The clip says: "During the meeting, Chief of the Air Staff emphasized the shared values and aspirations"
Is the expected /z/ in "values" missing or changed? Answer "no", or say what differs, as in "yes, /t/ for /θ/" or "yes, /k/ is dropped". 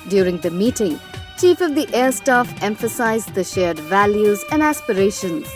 no